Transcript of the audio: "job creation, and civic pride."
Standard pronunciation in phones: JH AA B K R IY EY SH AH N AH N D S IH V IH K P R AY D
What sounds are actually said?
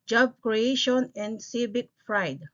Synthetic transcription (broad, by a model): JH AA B K R IY EY SH AH N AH N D S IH B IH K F R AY D